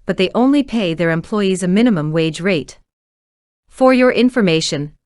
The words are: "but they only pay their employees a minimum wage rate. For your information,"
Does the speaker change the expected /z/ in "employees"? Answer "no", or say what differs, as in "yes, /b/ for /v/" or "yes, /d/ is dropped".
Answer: no